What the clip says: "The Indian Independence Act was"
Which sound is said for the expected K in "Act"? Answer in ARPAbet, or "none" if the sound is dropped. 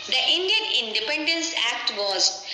K